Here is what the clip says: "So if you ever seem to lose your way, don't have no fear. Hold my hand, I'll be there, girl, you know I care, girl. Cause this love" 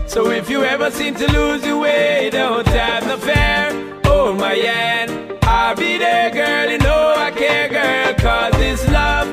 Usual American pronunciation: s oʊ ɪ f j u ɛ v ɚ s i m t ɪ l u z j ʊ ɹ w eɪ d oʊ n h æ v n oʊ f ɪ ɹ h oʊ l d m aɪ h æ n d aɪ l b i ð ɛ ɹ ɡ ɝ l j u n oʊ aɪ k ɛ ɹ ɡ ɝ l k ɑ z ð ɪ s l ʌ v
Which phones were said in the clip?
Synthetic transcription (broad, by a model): s oʊ ɪ f j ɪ ɛ v ɚ s i m t ɪ l u z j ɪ w eɪ d oʊ n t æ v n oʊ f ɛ ɹ oʊ m aɪ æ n aɪ l b i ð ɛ ɡ ɝ l j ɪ n oʊ aɪ k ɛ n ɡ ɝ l k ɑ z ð ɪ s l ʌ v